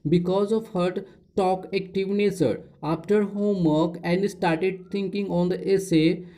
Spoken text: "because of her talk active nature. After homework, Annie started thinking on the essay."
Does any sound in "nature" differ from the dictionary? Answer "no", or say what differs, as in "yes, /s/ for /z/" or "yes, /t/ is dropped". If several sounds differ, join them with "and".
yes, /s/ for /tʃ/